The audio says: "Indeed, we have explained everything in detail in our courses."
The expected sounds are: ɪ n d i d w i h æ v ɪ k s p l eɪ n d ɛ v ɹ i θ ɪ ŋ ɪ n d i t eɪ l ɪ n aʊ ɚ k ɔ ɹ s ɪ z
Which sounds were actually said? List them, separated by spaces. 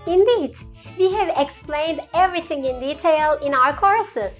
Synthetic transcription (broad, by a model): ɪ n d i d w i h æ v ɪ k s p l eɪ n d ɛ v ɹ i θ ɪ ŋ ɪ n d i t eɪ l ɪ n aʊ ɚ k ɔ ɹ s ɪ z